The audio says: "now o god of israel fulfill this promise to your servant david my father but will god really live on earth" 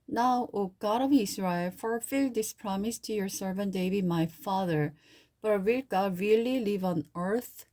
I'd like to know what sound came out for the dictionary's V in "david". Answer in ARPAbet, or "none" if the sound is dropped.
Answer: B